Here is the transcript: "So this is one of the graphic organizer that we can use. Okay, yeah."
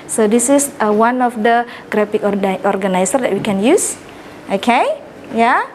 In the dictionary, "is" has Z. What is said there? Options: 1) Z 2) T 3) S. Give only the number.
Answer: 3